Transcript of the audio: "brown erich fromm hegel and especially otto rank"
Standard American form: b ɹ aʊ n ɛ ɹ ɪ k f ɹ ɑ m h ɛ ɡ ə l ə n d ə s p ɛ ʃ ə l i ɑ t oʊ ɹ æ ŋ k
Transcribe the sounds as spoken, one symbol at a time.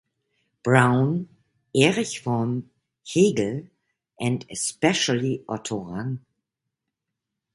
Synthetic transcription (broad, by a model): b ɹ aʊ n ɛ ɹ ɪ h f ɑ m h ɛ ɡ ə l ə n d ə s p ɛ ʃ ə l i ɑ t oʊ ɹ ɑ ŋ